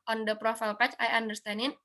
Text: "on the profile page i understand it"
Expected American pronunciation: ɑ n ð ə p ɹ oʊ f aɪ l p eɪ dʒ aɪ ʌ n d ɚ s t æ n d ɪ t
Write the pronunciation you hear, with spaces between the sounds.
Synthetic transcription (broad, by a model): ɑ n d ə p ɹ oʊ f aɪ l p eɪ tʃ aɪ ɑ n d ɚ s t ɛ n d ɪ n